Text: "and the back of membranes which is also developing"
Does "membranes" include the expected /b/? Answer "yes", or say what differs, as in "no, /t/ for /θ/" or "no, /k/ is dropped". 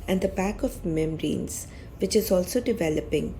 no, /b/ is dropped